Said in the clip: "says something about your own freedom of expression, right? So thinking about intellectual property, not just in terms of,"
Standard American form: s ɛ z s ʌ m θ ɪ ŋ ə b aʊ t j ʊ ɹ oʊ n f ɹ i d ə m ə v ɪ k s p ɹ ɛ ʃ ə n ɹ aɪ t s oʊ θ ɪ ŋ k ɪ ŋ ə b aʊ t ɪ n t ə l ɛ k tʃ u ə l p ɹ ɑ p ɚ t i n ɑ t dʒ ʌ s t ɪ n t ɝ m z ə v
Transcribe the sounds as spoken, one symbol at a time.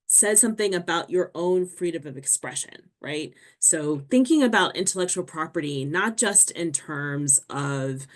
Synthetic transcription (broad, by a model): s ɛ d s ʌ m θ ɪ ŋ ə b aʊ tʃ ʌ ɹ oʊ n f ɹ i d ə m ə v ɪ k s p ɹ ɛ ʃ ə n ɹ aɪ t s oʊ θ ɪ ŋ k ɪ ŋ ə b aʊ t ɪ n t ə l ɛ k tʃ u l p ɹ ɑ p ɚ t i n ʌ t dʒ ʌ s t ɪ n t ɝ m z ə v